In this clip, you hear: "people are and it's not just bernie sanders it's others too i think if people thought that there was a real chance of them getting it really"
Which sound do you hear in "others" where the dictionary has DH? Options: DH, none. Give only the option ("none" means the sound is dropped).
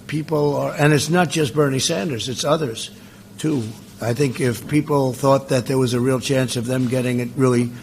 DH